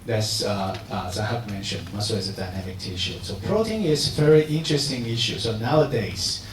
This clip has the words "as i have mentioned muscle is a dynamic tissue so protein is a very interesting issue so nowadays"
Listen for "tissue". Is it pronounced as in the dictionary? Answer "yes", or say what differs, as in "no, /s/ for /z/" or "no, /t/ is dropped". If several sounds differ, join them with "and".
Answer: yes